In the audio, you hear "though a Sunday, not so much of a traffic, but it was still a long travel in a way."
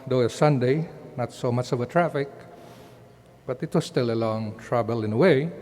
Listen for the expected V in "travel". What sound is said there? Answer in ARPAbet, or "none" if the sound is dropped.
B